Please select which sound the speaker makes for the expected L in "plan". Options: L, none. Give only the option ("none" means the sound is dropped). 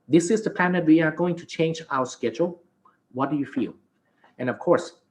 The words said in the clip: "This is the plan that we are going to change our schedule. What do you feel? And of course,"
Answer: none